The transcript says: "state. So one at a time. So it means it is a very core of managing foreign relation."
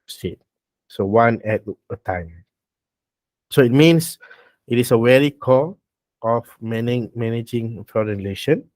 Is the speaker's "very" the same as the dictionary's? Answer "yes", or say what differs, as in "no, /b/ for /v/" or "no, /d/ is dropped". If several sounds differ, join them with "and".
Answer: no, /w/ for /v/